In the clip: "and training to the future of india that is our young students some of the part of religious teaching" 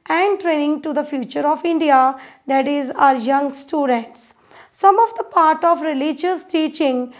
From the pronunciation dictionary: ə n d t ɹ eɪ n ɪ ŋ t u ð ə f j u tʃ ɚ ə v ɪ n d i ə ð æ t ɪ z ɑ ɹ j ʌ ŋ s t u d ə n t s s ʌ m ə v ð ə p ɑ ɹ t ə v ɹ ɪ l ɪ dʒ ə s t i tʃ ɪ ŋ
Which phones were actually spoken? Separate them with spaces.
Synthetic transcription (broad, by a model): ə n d t ɹ eɪ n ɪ ŋ t u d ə f j u tʃ ɚ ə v ɪ n d i ə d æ t ɪ z ɑ ɹ j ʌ ŋ s t u d ə n t s s ʌ m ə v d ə p ɑ ɹ t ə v ɹ ɪ l ɪ dʒ ə s t i tʃ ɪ ŋ